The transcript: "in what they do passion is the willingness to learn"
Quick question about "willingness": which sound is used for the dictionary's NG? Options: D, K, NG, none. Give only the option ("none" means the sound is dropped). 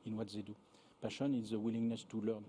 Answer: NG